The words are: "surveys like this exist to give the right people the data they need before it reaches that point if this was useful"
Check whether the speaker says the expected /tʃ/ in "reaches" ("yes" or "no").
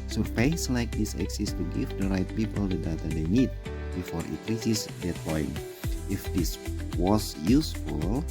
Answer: no